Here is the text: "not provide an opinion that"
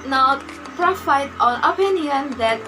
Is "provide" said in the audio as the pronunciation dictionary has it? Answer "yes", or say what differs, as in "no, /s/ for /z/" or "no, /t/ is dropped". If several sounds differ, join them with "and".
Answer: no, /f/ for /v/